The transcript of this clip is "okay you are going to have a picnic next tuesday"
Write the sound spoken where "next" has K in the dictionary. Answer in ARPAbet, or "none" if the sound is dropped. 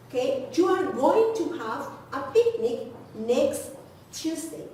K